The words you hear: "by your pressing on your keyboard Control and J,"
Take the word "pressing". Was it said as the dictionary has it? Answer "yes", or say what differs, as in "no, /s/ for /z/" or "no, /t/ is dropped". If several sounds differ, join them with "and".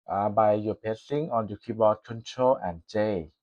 no, /ɹ/ is dropped